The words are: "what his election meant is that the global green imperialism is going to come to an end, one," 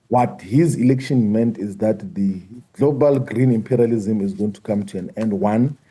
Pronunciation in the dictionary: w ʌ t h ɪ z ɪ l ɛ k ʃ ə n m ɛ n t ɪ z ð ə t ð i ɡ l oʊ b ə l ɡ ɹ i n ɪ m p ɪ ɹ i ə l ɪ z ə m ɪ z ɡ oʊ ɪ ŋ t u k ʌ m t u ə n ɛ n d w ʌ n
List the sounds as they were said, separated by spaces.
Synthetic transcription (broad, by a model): w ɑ t h ɪ z ɪ l ɛ k ʃ ə n m ɛ n t ɪ z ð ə t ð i ɡ l oʊ b ə l ɡ ɹ i n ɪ m p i ɹ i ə l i z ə m ɪ z ɡ oʊ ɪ ŋ t u k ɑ m t u ə n ɛ n d w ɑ n